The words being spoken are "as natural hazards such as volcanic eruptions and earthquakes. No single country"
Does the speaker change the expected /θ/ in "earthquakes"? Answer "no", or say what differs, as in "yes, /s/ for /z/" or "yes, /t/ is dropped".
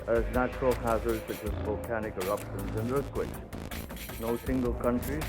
yes, /s/ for /θ/